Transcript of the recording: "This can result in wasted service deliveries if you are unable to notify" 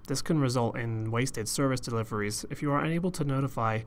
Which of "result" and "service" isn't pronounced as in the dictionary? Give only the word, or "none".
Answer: none